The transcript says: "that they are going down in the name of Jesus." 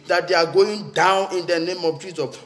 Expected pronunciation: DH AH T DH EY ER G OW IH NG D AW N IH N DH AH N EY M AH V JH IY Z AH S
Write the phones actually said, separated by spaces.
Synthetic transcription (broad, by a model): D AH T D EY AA G OW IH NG D AW N IH N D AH N EY M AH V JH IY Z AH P